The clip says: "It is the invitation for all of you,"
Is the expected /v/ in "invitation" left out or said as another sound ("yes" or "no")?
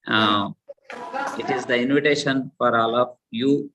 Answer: no